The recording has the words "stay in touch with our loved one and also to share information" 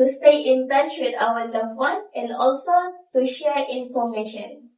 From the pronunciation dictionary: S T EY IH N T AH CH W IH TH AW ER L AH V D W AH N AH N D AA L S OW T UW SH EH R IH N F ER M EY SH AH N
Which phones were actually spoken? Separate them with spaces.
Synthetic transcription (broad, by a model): S T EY IH N T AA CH W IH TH AW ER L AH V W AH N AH N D AA L S OW T UW SH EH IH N F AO M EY SH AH N